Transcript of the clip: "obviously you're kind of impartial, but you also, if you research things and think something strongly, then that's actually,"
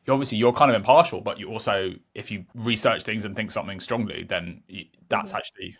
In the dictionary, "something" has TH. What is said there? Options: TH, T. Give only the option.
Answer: TH